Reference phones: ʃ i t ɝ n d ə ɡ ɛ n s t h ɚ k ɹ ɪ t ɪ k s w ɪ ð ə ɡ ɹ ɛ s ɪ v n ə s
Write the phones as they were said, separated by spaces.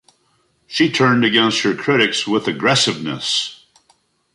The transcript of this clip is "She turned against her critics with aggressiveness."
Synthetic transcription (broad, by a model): ʃ i t ɝ n d ə ɡ ɛ n s t h ɚ k ɹ ɪ t ɪ k s w ɪ ð ə ɡ ɹ ɛ s ɪ v n ə s